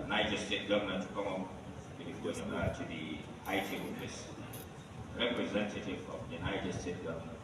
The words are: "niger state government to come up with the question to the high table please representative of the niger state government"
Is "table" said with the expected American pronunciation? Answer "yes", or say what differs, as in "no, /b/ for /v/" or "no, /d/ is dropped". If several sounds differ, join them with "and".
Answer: no, /b/ is dropped